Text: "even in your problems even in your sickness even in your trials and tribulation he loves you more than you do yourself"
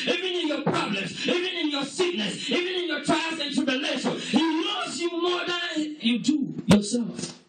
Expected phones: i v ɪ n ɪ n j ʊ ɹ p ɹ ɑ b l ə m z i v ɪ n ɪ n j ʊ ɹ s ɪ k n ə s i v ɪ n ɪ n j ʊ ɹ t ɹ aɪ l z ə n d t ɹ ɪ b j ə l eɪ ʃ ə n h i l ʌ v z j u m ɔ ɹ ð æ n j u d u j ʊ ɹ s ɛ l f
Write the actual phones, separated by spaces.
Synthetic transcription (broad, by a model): i v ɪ n ɪ n j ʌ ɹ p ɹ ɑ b l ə m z i v ɪ n ɪ n j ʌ ɹ s ɪ k n ə s i v ɪ n ɪ n j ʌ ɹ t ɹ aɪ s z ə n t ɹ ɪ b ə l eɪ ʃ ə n h i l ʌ z j u m ɔ ɹ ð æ n j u d u j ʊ ɹ s ɛ l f